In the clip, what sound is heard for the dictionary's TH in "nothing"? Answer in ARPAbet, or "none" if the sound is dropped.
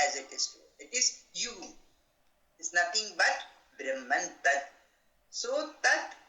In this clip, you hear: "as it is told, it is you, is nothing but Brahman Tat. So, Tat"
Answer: T